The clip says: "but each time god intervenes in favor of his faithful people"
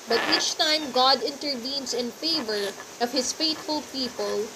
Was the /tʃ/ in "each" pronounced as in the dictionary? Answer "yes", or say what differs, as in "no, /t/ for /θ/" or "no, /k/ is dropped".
yes